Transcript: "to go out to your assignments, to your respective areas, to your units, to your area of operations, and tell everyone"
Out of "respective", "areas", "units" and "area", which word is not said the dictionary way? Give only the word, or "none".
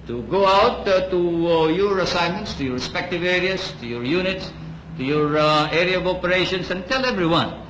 areas